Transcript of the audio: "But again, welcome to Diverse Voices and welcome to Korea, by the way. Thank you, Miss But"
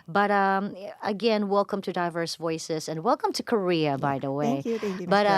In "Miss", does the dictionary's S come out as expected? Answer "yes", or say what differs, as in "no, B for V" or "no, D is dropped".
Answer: no, S is dropped